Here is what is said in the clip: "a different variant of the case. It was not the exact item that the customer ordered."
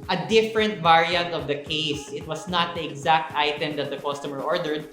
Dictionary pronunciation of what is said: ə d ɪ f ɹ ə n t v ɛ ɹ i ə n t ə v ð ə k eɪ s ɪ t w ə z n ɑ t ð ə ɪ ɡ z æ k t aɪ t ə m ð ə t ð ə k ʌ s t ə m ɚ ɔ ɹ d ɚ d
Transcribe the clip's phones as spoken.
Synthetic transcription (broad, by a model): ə d ɪ f ɹ ə n t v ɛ ɹ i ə n t ə v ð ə k eɪ s ɪ t w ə s n ɑ t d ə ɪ ɡ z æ k t aɪ t ə m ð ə t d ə k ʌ s t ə m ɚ ɔ ɹ d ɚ d